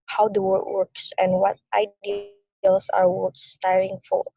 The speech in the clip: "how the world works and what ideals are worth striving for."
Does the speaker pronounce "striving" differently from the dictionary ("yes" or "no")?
yes